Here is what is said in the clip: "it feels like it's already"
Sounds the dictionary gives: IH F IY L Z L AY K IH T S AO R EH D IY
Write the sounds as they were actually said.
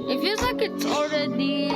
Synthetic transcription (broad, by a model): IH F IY Z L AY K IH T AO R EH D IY